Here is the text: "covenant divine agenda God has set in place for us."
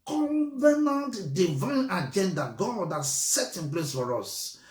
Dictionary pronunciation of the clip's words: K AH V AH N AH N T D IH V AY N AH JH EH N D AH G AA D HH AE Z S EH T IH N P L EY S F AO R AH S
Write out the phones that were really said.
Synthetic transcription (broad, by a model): K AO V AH N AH N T D IH V AY N AH JH EH N D AH G AA D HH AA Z S EH T IH N P L EY S F AO R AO S